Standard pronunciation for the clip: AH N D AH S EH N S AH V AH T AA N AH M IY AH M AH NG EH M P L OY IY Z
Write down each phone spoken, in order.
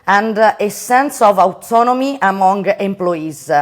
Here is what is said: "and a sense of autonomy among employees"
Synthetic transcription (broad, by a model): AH N D AH S EH N S AH V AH T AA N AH M IY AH M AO NG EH M P L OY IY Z